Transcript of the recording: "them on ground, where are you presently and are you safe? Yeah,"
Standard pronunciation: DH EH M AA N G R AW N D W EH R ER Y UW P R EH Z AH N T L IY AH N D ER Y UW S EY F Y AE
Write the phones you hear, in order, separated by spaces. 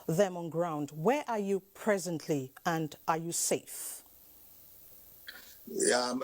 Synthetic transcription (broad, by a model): DH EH M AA N G R AW N D W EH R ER Y UW P R EH Z AH N T L IY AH N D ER Y UW S EY F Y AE